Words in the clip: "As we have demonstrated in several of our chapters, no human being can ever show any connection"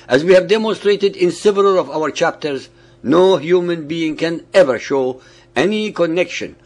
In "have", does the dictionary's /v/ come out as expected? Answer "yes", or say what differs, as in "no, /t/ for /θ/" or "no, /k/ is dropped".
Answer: yes